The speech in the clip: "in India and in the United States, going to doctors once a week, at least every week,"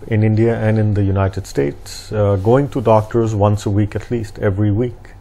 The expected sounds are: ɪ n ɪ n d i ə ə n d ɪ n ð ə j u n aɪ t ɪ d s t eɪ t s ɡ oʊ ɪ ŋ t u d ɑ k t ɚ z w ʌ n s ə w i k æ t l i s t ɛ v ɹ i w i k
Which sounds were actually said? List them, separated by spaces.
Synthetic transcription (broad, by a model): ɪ n ɪ n d i ə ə n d ɪ n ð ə j u n aɪ t ɪ d s t eɪ t s ɡ oʊ ɪ ŋ t u d ɑ k t ɚ z w ʌ n s ə w i k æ t l i s t ɛ v ɹ i w i k